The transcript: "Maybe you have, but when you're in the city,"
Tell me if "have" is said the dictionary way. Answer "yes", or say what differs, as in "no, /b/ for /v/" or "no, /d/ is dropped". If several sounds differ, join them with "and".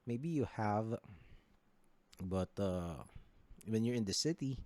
yes